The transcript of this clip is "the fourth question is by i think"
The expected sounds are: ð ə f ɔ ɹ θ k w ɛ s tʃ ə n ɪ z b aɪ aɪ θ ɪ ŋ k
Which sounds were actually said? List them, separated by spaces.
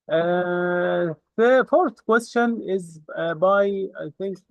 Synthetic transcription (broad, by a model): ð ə f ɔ ɹ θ k w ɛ s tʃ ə n ɪ z b aɪ aɪ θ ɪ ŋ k